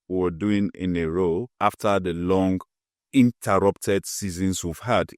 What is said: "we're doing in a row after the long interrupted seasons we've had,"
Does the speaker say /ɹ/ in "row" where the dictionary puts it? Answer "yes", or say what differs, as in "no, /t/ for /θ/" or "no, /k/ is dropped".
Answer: yes